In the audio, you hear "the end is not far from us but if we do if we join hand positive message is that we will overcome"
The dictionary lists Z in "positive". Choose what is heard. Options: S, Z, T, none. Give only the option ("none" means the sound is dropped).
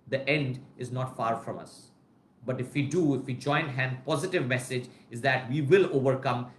Z